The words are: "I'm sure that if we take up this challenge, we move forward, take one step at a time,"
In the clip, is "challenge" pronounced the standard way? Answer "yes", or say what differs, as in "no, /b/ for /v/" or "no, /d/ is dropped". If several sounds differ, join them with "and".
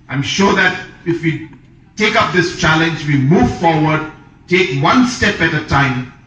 yes